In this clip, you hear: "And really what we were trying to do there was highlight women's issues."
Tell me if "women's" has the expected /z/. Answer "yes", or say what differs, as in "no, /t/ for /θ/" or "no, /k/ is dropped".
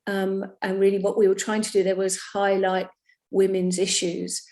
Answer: yes